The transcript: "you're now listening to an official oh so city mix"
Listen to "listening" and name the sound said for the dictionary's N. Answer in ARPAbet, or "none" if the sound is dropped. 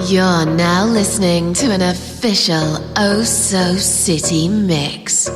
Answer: N